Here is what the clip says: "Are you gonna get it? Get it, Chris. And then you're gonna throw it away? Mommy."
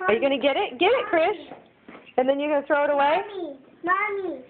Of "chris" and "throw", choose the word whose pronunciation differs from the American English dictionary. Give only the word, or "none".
chris